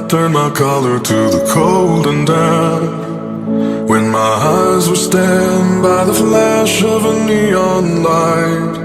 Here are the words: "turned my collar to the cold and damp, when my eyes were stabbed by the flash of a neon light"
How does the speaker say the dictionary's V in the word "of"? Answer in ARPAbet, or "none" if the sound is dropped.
V